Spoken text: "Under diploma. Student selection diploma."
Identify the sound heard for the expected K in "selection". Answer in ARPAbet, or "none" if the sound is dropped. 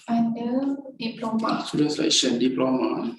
none